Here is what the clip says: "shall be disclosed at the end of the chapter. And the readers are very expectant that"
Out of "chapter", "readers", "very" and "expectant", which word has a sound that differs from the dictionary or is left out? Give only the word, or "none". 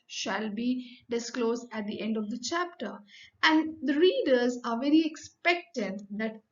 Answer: none